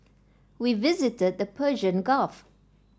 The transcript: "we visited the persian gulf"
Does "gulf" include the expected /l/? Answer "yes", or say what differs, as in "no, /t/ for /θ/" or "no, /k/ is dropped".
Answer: no, /l/ is dropped